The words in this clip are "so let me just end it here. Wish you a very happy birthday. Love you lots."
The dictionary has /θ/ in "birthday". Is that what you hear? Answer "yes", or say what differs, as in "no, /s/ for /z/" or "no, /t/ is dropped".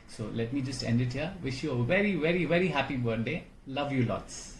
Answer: no, /t/ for /θ/